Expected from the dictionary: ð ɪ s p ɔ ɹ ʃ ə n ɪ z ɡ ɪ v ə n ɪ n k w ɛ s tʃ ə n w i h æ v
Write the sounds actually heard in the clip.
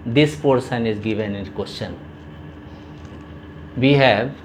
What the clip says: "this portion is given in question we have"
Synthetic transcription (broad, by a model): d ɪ s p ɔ ɹ s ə n ɪ z ɡ ɪ v ə n ɪ n k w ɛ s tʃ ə n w i h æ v